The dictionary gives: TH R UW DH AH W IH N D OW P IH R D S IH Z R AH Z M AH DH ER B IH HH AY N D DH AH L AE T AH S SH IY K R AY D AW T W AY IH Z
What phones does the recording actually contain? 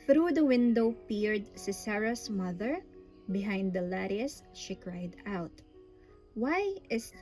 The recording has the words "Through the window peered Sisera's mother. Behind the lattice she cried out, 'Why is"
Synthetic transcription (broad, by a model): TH R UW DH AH W IH N D OW P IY R D S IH S R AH S M AH DH ER B IH HH AY N D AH L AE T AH S SH IY K R AY D AW T W AY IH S